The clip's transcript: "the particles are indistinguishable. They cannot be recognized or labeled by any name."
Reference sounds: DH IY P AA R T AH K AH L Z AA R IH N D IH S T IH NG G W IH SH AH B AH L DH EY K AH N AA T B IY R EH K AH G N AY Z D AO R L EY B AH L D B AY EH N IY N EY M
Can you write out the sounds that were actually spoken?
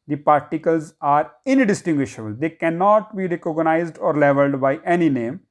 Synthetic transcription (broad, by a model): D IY P AA R T AH K AH L Z AA R IH N D IH S T IH NG G W IH SH AH B AH L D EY K AH N AA T B IY R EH K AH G N AY Z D AO R L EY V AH L D B AY EH N IY N EY M